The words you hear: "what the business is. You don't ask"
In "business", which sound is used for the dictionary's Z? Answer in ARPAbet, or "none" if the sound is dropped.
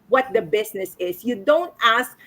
S